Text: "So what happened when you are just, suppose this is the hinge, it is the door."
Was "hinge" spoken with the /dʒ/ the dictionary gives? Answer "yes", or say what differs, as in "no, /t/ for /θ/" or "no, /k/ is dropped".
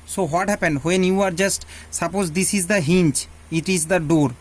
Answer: no, /tʃ/ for /dʒ/